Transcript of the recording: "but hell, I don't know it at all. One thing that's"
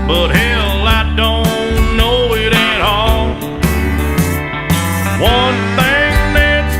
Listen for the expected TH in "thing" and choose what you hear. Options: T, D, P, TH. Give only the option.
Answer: TH